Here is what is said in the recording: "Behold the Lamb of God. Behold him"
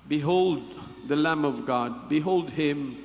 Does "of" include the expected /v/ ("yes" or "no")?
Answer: yes